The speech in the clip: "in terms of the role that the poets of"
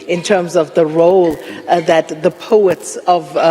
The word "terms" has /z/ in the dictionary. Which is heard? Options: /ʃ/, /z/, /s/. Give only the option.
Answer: /z/